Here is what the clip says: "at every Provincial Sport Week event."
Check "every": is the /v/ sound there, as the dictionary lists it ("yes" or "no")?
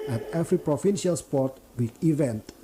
no